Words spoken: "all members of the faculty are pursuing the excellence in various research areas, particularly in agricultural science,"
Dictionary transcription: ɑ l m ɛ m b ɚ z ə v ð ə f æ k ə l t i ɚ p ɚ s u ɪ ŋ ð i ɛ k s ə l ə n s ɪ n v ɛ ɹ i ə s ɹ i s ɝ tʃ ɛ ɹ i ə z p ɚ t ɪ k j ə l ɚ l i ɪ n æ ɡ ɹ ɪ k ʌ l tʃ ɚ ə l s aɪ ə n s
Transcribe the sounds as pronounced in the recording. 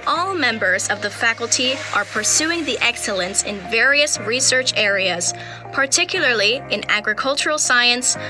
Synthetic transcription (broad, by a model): ɑ l m ɛ m b ɚ z ə v ð ə f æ k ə l t i ɚ p ɚ s u ɪ ŋ ð i ɛ k s ə l ə n s ɪ n v ɛ ɹ i ə s ɹ i s ɝ tʃ ɛ ɹ i ə z p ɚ t ɪ k j l ɚ l i ɪ n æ ɡ ɹ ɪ k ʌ l tʃ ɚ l s aɪ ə n s